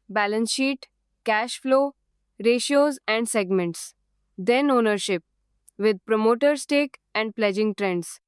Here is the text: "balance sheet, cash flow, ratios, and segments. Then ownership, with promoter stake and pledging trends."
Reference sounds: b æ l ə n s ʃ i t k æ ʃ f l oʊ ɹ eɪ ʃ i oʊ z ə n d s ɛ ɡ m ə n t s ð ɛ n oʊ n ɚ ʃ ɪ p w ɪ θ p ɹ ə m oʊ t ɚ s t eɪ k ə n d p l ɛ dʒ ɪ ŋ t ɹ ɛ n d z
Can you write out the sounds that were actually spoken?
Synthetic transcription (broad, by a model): b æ l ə n s ʃ i t k æ ʃ f l oʊ ɹ eɪ ʃ i oʊ z ə n d s ɛ ɡ m ə n t s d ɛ n oʊ n ɚ ʃ ɪ p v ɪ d p ɹ ə m oʊ t ɚ s t eɪ k ə n d p l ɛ dʒ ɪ ŋ t ɹ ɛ n d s